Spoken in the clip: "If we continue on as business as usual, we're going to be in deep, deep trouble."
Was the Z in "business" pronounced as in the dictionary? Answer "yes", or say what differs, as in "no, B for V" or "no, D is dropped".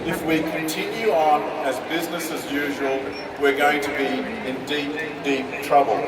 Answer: yes